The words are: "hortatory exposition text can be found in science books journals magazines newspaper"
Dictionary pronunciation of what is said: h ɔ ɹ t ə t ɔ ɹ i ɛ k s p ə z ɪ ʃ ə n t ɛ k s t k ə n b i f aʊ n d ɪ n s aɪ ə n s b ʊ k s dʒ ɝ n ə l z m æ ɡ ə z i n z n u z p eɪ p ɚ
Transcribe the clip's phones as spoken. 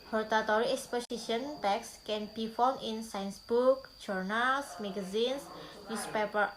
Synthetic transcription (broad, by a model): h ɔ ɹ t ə t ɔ ɹ i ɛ k s p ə s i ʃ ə n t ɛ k s k ə n b i f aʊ n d ɪ n s aɪ ə n s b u k dʒ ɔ n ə l s m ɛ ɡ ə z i n s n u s p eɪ p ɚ